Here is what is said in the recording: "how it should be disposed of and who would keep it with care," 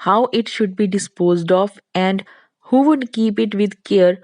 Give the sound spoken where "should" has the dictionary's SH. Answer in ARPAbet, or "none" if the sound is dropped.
SH